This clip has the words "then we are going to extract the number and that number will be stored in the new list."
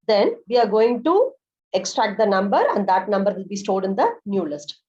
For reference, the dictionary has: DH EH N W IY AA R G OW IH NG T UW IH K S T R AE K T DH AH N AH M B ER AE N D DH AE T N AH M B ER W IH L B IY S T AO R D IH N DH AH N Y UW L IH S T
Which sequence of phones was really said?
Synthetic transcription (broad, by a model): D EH N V IY AA R G OW IH NG T UW IH K S T R AE K T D AH N AH M B ER AE N D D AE T N AH M B ER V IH L B IY S T AO L D IH N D AH N Y UW L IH S T